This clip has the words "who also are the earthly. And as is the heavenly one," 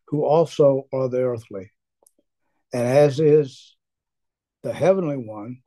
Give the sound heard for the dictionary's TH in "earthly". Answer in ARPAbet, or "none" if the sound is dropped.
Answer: TH